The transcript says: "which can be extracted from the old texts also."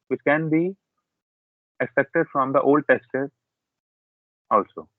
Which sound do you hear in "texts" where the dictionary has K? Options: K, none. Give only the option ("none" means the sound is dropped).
none